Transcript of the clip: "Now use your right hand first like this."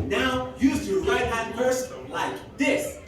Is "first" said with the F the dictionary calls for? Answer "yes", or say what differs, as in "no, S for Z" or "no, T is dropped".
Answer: no, P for F